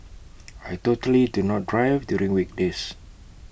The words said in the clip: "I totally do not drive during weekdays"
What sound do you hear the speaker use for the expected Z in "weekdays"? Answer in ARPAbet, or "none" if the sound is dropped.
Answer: S